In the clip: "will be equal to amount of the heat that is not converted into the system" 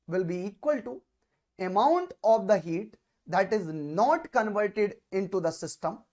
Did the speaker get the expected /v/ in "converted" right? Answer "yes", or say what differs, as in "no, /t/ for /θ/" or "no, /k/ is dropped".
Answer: yes